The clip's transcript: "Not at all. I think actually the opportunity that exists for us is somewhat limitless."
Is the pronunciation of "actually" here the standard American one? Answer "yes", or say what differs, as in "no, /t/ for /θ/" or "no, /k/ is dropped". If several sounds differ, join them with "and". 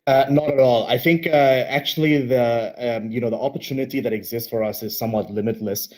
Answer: no, /n/ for /l/